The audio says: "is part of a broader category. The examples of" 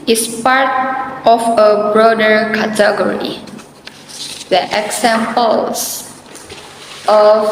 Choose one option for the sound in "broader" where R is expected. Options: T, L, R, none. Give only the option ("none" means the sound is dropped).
R